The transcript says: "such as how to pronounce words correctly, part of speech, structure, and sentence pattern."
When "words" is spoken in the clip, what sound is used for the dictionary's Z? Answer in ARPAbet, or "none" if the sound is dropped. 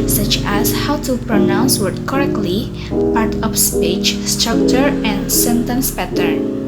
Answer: none